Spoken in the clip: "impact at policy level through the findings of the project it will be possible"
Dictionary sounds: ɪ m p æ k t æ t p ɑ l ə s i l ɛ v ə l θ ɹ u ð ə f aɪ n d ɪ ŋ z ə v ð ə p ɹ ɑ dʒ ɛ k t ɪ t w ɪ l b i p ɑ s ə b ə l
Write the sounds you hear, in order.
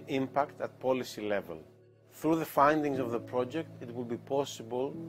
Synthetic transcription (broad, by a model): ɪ m p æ k t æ t p ɑ l ə s i l ɛ v ə l θ ɹ u ð ə f aɪ n d ɪ ŋ z ə v ð ə p ɹ ɑ dʒ ɛ k t ɪ t w ɪ l b i p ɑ s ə b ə l